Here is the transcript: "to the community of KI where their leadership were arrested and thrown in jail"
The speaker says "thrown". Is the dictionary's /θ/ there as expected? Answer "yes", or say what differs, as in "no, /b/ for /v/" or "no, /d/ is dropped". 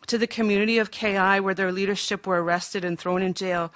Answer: yes